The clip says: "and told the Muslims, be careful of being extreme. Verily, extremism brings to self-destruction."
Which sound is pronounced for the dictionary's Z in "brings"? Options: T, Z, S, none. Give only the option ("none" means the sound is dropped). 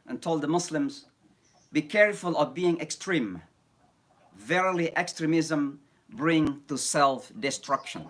none